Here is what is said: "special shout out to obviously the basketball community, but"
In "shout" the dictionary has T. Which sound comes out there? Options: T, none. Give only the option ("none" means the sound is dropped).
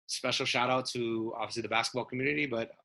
T